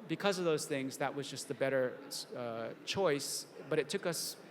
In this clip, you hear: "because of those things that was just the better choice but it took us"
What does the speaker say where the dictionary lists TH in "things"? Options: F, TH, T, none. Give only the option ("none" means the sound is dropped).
TH